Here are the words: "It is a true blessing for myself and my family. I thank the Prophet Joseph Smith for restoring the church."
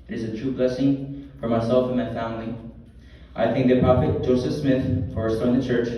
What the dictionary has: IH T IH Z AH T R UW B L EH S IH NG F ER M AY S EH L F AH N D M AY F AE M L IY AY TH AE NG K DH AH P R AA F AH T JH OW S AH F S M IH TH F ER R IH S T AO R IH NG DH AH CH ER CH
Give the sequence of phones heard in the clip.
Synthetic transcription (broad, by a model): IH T IH Z AH T R UW B L EH S IH NG F ER M AY S EH L F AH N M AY F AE M L IY AY TH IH NG K DH AH P R AA F AH T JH OW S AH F S M IH TH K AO R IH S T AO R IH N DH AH CH ER CH